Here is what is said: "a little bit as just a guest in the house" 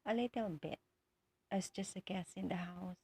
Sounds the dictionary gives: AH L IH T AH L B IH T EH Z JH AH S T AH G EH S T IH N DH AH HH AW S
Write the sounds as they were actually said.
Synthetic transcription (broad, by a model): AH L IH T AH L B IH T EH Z JH AH S T AH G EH S IH N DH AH HH AW S